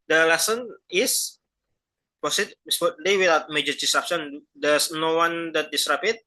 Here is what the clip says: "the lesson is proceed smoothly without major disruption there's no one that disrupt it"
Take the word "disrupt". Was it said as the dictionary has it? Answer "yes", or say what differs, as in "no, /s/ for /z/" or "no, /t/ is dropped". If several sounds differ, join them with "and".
no, /t/ is dropped